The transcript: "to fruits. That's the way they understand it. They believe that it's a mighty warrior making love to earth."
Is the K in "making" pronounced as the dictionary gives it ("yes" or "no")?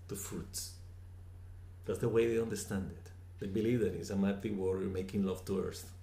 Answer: yes